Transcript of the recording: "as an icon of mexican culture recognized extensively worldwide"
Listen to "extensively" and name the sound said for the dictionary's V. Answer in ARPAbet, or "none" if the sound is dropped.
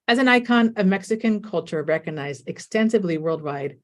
V